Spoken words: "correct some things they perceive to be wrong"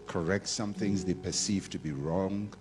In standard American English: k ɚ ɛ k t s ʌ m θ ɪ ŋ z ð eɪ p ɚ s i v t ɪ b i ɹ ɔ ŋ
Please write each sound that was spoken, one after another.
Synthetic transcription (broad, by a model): k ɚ ɛ k t s ʌ m θ ɪ ŋ z ð eɪ p ɚ s i v t ɪ b i ɹ ɔ ŋ